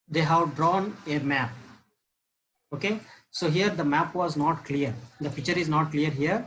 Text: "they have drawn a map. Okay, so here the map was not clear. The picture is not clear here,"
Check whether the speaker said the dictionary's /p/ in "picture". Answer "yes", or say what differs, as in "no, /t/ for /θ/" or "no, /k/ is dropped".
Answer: no, /f/ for /p/